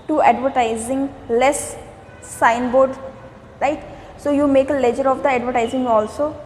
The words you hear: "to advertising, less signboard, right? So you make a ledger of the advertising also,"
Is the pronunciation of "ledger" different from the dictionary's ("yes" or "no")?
no